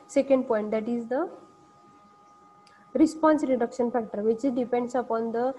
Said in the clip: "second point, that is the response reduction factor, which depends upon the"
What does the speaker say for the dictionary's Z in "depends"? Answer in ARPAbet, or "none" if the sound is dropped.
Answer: S